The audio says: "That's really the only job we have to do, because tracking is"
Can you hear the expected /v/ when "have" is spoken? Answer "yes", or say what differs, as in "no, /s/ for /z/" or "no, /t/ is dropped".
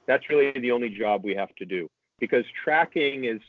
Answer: no, /f/ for /v/